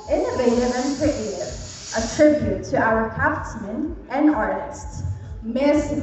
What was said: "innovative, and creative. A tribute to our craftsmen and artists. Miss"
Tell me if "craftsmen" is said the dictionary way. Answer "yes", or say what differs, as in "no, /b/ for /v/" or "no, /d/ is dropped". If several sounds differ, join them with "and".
no, /ɹ/ is dropped